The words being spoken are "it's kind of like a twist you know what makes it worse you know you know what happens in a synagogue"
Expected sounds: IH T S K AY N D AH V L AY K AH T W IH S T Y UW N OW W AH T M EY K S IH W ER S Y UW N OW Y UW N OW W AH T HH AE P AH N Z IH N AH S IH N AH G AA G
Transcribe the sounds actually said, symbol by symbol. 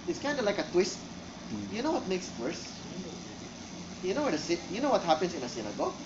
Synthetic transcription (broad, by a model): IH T S K AY N D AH L AY K AH T W IH S T Y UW N OW W AH T M EY K S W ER S Y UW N OW Y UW N OW W AH T HH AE P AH N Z IH N AH S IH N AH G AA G